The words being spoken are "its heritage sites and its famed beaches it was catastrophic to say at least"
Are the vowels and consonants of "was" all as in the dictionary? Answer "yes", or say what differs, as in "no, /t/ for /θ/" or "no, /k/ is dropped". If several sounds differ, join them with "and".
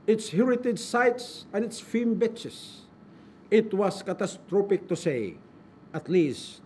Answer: no, /s/ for /z/